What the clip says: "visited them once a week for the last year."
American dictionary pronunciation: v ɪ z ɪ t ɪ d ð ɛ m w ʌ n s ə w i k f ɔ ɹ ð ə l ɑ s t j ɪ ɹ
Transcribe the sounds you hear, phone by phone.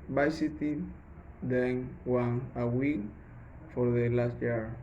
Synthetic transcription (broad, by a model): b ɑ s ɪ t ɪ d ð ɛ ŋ w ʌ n ə w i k f ɔ ɹ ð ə l ɑ s t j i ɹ